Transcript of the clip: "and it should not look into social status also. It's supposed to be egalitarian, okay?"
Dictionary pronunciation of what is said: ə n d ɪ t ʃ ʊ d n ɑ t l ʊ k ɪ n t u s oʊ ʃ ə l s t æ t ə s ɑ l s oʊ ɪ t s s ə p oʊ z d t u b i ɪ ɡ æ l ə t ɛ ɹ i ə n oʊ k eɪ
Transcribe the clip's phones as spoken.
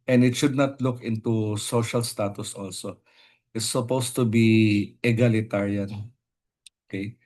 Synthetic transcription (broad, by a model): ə n d ɪ t ʃ ʊ d n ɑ t l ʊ k ɪ n t u s oʊ ʃ ə l s t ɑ t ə s ɑ l s oʊ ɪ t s s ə p oʊ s t u b i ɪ ɡ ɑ l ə t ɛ ɹ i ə n oʊ k eɪ